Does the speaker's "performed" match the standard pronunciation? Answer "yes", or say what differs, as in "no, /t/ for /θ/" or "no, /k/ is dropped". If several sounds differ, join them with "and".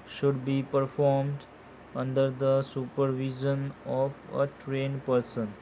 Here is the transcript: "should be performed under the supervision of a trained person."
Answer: yes